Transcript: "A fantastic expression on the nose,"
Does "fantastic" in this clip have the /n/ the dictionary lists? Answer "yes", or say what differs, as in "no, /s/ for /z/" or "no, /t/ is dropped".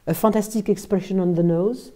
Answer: no, /n/ is dropped